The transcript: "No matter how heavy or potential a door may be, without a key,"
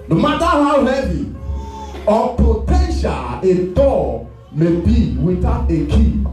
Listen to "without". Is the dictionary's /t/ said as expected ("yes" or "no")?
no